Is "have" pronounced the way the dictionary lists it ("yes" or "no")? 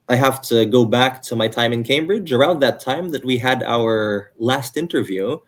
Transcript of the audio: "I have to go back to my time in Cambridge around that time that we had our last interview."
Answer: no